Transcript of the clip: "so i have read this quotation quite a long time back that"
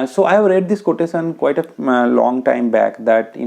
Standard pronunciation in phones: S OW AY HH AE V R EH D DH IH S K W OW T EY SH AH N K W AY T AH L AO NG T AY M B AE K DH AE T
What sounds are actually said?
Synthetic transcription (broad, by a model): S OW AY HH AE V R EH D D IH S K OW T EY S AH N K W AY T AH L AO NG T AY M B AE K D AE T